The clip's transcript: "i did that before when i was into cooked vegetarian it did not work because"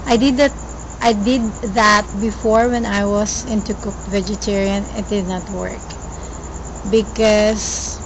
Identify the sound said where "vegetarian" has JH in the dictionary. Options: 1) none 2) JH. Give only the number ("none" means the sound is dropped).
2